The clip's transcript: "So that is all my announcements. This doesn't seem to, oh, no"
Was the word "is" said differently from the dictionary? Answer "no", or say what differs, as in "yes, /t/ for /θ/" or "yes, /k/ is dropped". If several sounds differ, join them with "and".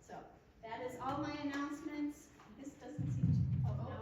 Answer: no